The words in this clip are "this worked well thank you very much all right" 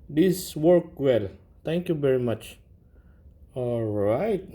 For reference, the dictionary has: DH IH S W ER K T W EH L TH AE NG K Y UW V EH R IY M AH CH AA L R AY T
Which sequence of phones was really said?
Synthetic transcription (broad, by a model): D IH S W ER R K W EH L T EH NG K Y UW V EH R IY M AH CH AA L R AY T